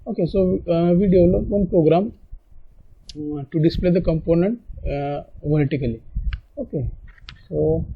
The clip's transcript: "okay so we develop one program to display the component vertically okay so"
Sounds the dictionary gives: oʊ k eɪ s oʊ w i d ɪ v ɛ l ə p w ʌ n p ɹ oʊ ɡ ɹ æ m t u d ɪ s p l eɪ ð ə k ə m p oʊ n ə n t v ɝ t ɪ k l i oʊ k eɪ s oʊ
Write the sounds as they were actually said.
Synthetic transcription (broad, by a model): oʊ k eɪ s oʊ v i d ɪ ɔ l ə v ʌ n p ɹ oʊ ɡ ɹ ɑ m t u d ɪ s p l eɪ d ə k ə m p oʊ n ə n t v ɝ t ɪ k l i oʊ k eɪ s oʊ